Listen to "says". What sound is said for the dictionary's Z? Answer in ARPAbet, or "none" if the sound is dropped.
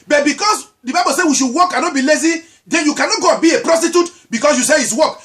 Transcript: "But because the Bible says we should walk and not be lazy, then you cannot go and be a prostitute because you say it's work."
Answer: none